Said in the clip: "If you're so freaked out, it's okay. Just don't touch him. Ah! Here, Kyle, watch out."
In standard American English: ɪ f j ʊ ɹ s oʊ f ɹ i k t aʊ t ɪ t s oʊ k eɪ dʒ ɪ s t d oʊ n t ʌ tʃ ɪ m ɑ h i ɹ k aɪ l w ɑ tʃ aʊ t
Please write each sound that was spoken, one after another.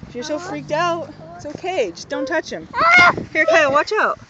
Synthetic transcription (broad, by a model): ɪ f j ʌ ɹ s oʊ f ɹ i k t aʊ ɪ t s oʊ k eɪ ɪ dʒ d oʊ n t ʌ tʃ ɪ m h i ɹ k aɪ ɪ w ɑ tʃ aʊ t